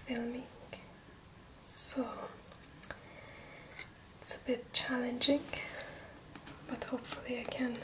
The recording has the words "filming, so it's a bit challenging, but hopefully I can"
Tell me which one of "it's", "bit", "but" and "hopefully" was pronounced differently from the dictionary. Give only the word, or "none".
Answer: none